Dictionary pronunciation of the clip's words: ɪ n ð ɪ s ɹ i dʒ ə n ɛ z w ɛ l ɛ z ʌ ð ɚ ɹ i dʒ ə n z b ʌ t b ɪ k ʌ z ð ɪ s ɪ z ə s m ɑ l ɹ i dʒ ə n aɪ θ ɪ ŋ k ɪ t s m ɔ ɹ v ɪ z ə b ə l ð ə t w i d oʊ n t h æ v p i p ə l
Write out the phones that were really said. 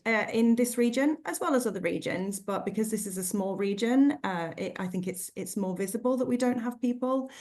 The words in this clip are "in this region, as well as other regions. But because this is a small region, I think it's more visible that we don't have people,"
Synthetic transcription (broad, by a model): ɪ n ð ɪ s ɹ i dʒ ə n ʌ z w ɛ l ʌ z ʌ ð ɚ ɹ i dʒ ə n z b ʌ t b ɪ k ʌ z ð ɪ s ɪ z ə s m ɑ l ɹ i dʒ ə n aɪ θ ɪ ŋ k ɪ t s m ɔ v ɪ z ə b ə l ð ə t w i d oʊ n t h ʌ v p i p ə l